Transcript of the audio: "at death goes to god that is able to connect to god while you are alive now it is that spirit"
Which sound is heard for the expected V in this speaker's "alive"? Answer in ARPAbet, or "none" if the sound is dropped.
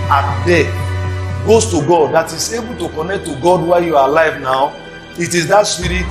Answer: V